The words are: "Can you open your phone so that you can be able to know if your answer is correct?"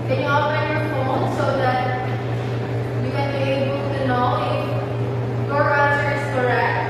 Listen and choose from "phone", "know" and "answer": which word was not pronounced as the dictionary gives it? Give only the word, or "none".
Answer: answer